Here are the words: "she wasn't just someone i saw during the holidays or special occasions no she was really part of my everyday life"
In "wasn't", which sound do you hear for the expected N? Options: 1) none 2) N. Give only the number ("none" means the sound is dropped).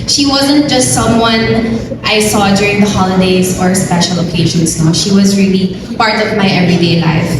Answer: 2